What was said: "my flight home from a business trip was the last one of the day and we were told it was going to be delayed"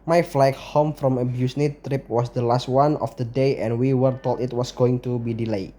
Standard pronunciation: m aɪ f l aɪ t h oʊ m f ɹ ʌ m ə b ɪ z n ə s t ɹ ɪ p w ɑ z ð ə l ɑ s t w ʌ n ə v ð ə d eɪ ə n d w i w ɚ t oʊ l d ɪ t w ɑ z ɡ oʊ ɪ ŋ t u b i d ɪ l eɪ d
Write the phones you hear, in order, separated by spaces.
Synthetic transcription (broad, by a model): m aɪ f l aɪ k h oʊ m f ɹ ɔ m ə b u s n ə t ɹ ɪ p w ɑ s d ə l ɑ s t w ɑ n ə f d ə d eɪ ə n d w i w ɚ t oʊ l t ɪ t w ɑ s ɡ oʊ ɪ ŋ t u b i d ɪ l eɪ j